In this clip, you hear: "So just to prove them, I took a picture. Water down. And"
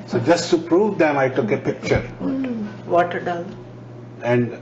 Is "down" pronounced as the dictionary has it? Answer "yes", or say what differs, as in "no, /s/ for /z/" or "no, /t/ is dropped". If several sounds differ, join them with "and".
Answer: no, /l/ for /n/